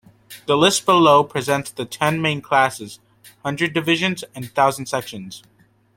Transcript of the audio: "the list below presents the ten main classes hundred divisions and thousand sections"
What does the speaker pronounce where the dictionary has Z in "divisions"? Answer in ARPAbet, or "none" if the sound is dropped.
Z